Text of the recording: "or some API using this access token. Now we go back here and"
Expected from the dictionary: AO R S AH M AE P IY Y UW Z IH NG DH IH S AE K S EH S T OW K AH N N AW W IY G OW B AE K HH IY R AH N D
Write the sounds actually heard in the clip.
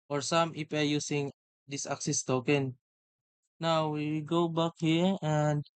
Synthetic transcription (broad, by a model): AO R S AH M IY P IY Y UW S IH NG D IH S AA K S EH S T OW K AH N N AW W IY G OW B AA K HH IY R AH N D